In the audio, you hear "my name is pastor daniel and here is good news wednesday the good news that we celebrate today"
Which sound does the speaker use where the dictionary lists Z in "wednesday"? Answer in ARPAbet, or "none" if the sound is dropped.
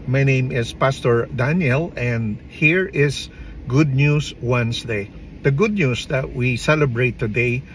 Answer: S